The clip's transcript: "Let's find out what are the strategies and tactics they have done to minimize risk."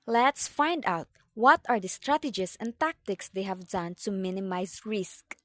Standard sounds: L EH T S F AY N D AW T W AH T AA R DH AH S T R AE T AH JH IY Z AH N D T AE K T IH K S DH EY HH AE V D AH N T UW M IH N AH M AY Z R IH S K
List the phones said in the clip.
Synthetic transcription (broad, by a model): L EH T S F AY N D AW T W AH T AA R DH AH S T R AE T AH JH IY S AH N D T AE K T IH K S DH EY HH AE V D AH N T UW M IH N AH M AY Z R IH S K